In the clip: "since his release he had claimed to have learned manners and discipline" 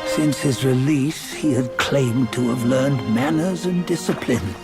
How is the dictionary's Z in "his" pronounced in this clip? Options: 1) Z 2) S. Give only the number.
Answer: 1